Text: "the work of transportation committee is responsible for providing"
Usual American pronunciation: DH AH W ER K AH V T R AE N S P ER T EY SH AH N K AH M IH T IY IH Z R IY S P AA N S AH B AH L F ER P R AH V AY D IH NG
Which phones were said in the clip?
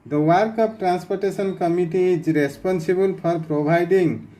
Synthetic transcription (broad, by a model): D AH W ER K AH P T R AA N S P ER T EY S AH N K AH M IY T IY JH R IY S P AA N S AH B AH L P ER P R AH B AY D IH NG